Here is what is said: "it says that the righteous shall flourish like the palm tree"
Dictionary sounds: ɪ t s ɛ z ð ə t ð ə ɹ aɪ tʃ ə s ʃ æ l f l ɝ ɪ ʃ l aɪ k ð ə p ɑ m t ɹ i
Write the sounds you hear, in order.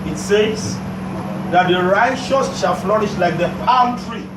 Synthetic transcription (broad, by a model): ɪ t s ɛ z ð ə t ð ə ɹ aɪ ʃ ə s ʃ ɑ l f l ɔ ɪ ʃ l aɪ k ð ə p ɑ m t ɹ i